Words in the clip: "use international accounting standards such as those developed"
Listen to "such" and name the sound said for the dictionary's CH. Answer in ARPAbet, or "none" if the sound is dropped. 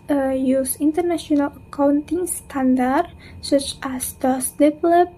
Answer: CH